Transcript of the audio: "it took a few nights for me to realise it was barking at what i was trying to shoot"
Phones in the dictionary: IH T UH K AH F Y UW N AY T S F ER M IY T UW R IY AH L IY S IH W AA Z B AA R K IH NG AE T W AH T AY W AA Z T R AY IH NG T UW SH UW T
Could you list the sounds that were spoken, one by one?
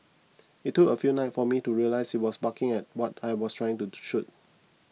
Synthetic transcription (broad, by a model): IH T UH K AH F Y UW N AY T F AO M IY T UW R IY AH L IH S IH W AA S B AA K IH NG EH T W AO T AY W AA S T R AY IH NG T UW SH UW T